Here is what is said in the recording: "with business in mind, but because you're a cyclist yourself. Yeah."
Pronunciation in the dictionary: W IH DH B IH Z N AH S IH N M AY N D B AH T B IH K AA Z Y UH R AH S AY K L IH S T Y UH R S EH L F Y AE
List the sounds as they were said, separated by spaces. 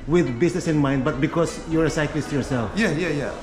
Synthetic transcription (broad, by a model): W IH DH B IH S N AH S IH N M AY N D B AH T B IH K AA S Y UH R AH S AY K L IH S T Y UH R S EH L F Y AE